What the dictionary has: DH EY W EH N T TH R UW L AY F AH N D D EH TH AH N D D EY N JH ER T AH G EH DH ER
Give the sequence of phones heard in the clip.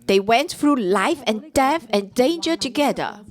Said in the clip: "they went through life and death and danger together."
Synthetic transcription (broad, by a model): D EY W EH N T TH R UW L AY F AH N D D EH F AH N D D EY N JH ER T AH G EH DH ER